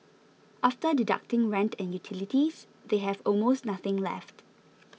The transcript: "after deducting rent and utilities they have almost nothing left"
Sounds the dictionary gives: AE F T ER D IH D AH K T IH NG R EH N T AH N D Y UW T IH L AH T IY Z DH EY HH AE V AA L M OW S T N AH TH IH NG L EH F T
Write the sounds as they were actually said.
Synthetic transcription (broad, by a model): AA F T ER D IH D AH K T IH NG R EH N T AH N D Y UW T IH L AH T IY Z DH EY HH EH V AA L M OW S T N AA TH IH NG L EH F T